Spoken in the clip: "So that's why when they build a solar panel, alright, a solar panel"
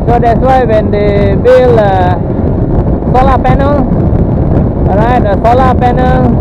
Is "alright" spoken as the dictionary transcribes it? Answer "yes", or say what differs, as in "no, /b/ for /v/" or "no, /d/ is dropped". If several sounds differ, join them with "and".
no, /l/ is dropped